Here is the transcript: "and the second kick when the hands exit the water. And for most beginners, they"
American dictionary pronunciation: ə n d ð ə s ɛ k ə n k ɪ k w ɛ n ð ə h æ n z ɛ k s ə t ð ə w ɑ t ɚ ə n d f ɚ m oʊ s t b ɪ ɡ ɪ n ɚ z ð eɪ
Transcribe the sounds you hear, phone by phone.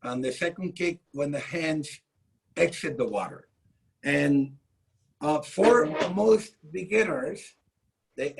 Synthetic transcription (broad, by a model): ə n ð ə s ɛ k ə n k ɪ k w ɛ n ð ə h æ n z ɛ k s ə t ð ə w ɑ t ɚ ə n f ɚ m oʊ s t b ɪ ɡ ɪ n ɚ z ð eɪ